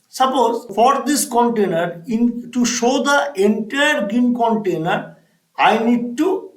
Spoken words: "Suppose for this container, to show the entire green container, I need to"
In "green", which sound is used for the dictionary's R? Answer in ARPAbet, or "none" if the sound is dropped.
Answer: none